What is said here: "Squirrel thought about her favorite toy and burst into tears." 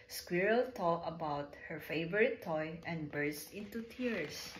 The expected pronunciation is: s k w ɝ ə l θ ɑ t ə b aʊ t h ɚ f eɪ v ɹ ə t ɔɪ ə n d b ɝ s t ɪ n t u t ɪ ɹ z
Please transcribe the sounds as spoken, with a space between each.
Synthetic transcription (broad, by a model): s k w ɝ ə l t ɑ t ə b aʊ t h ɚ f eɪ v ɹ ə t ɔɪ ə n d b ɝ s t ɪ n t u t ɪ ɹ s